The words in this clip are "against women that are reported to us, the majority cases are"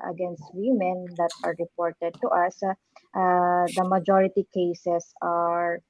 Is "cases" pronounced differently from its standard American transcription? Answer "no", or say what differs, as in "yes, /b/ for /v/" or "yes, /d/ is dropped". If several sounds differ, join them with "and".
yes, /s/ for /z/